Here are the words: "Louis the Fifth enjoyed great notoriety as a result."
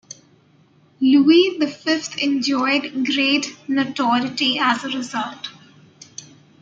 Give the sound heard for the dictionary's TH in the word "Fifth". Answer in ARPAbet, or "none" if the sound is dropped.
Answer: T